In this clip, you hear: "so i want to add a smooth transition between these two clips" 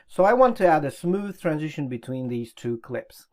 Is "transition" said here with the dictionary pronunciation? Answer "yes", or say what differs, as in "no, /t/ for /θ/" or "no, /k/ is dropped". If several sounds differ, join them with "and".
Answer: yes